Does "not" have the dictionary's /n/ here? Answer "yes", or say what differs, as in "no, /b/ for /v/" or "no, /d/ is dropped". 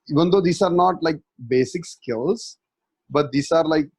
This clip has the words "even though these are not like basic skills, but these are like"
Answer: yes